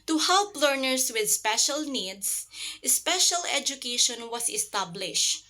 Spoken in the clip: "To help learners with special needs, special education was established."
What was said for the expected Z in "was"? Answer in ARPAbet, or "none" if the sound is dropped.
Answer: S